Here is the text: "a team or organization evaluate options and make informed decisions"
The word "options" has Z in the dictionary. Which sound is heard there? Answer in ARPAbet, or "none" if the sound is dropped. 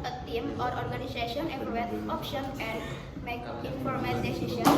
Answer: none